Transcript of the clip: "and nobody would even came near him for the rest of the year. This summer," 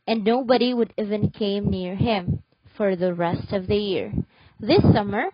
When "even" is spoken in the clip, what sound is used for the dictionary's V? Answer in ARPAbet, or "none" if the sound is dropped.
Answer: V